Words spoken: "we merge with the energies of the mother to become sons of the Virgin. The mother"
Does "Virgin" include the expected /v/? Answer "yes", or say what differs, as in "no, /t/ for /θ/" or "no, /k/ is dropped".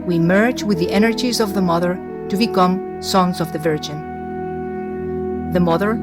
yes